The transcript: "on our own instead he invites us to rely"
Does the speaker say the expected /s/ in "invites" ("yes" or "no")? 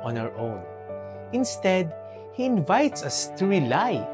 yes